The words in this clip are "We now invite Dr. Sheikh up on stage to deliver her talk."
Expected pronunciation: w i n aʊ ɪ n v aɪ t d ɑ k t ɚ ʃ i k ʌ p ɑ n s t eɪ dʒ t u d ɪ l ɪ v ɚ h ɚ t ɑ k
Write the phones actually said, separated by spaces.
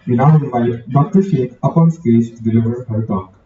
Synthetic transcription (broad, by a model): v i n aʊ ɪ v aɪ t d ɑ k t ɚ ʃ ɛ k ʌ p ɑ n s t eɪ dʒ t u d ɪ l ɪ v ɚ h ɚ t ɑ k